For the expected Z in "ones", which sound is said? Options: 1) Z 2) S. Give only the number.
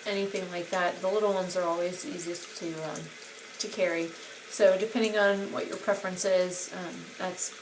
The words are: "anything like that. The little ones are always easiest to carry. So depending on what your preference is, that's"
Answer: 1